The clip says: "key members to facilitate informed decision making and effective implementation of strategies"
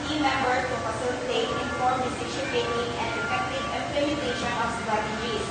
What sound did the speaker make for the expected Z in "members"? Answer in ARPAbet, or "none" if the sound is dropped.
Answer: none